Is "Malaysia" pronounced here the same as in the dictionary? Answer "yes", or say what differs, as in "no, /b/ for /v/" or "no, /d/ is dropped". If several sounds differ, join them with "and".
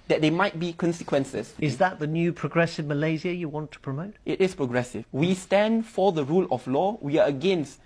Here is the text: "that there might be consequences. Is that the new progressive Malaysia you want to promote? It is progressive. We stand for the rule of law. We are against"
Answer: no, /z/ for /ʒ/